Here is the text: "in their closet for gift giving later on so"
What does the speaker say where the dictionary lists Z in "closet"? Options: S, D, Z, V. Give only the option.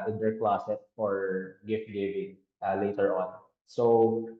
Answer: S